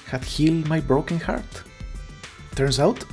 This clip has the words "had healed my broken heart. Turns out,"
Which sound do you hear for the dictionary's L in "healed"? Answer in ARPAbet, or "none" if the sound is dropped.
L